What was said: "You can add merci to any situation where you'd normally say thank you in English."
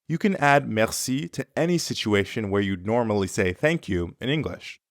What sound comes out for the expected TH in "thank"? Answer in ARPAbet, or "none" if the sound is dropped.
TH